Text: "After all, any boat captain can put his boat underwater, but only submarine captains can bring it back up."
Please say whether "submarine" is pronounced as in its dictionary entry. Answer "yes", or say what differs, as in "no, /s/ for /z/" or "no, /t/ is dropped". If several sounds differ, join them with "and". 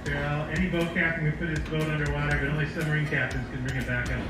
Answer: no, /b/ is dropped